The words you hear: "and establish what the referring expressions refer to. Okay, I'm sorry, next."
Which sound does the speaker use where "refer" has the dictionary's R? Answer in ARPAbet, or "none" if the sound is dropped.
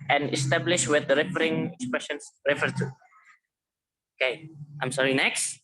R